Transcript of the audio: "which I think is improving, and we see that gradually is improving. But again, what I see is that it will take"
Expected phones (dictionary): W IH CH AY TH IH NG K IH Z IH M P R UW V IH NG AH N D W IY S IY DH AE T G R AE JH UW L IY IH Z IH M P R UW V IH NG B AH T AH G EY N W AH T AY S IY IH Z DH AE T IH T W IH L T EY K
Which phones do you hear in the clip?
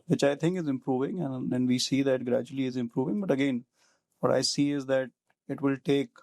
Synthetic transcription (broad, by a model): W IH CH AY T IH NG K IH Z IH M P R UW V IH NG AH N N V IY S IY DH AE T G R AE JH UW L IY IH Z IH M P R UW V IH NG B AH T AH G EY N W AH T AY S IY IH Z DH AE T IH T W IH L T EY K